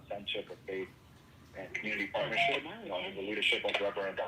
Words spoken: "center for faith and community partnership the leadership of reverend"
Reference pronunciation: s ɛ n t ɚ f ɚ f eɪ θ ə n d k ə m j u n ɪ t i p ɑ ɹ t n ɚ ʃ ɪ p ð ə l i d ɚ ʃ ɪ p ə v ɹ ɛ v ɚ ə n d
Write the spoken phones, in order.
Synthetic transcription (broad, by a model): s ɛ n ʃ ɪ p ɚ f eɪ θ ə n k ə m j u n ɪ t i p ɑ ɹ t n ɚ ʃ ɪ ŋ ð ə l i d ɚ ʃ ɪ p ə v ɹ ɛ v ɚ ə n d